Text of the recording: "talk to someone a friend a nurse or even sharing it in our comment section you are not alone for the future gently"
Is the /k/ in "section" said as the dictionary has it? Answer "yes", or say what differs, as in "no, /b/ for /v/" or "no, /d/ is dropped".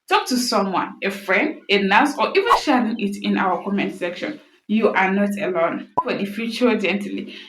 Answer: yes